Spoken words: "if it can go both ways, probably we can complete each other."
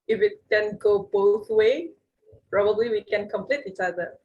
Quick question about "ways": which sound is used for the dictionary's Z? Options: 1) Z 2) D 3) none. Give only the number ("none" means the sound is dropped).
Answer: 3